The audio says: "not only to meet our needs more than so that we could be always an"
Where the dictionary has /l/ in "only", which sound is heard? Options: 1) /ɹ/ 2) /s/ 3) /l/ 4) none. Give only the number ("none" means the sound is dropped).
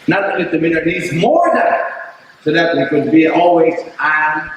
4